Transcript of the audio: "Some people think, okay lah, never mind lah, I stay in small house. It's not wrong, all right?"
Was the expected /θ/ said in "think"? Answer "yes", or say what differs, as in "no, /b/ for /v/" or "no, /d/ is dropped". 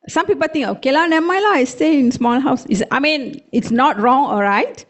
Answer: no, /t/ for /θ/